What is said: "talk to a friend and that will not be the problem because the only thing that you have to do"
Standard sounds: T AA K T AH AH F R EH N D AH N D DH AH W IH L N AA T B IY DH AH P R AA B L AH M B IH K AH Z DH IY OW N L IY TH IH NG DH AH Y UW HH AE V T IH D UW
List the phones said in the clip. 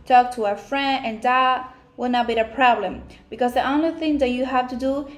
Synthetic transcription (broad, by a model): T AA K T AH AH F R EH N D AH N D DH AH W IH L N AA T B IY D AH P R AA B L AH M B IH K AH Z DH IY OW N L IY TH IH NG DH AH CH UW HH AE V T IH D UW